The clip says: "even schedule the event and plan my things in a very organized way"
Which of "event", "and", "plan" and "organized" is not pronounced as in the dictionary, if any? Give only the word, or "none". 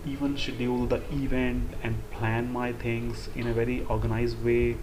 none